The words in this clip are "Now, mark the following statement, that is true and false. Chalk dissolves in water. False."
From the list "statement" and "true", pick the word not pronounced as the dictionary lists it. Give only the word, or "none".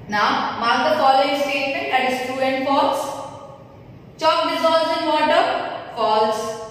statement